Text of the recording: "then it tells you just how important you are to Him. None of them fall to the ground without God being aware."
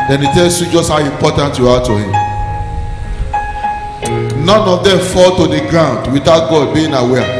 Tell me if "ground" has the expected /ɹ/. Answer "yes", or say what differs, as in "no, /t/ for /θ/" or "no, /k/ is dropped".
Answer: yes